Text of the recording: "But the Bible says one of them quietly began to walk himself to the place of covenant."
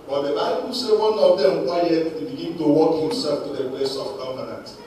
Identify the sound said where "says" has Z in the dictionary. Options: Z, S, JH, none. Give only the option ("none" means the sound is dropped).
none